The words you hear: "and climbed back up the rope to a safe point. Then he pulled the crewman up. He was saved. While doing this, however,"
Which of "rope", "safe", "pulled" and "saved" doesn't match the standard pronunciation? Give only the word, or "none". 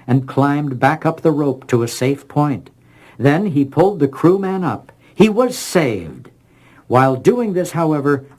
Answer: none